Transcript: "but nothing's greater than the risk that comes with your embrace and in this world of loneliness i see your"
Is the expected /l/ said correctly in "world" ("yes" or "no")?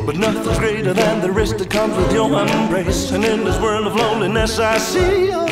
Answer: yes